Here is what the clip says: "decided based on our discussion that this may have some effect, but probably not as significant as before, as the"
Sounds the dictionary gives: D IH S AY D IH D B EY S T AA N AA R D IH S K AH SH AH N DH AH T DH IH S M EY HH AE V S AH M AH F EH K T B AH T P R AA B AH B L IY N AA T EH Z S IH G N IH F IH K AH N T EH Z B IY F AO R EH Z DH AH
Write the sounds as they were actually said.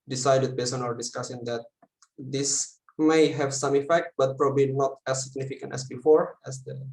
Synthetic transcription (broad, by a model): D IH S AY D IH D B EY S AA N AA R D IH S K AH S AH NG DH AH T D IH S M EY HH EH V S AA M AH F EH K T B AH T P R AA B AH B L IY N AA T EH S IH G N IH F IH K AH N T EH S B IY F AO R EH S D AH